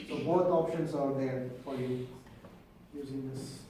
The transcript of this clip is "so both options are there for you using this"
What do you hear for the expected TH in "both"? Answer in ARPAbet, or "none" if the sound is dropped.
T